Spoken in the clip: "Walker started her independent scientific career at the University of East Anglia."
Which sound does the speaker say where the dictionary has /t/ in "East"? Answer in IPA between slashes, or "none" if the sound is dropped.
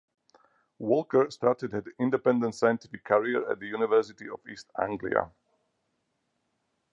/t/